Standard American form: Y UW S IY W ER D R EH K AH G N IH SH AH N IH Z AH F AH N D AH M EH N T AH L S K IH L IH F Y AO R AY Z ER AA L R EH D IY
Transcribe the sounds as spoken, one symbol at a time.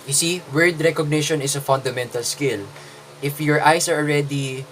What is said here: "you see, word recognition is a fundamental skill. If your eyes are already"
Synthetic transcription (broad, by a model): Y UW S IY W ER D R EH K AH G N IH SH AH N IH S AH F AH N D AH M EH N T AH L S K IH L IH F Y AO R AY S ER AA L R EH D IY